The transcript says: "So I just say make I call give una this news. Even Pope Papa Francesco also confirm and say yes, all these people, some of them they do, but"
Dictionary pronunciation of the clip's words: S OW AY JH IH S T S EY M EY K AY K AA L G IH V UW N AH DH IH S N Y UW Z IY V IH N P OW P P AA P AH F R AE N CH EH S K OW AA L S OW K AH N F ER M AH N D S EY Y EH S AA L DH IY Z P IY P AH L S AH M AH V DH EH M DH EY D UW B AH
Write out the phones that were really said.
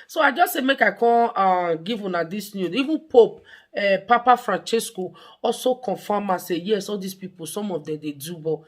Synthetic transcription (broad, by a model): S OW AY JH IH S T S EY M EY K AY K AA N G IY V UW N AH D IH S N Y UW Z IY V IH N P OW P P AA P AH F R AE N CH EH S K OW AA L S OW K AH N F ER M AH S EY Y EH S AA L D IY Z P IY P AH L S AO M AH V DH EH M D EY D UW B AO